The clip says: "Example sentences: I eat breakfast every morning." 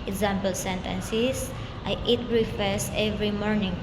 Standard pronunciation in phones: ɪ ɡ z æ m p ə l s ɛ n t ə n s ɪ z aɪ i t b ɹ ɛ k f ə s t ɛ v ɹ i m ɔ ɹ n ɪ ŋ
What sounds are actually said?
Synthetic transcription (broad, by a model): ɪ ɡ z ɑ m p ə l s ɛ n t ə n s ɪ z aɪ i t ɹ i f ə s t ɛ v ɹ i m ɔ ɹ n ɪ ŋ